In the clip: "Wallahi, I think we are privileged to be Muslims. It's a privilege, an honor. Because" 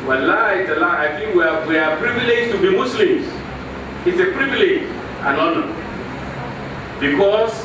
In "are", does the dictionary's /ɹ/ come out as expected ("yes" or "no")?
no